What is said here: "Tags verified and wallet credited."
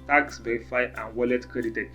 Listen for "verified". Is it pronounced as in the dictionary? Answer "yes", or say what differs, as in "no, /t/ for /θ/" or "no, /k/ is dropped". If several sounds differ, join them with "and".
no, /ɹ/ is dropped and /d/ is dropped